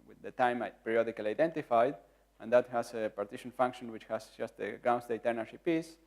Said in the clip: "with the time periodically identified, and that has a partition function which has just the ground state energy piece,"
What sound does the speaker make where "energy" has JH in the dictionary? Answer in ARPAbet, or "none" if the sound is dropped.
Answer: SH